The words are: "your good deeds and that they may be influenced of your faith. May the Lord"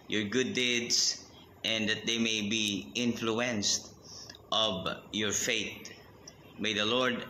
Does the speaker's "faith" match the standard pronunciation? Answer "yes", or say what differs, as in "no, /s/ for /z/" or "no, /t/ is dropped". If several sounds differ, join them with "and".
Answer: no, /t/ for /θ/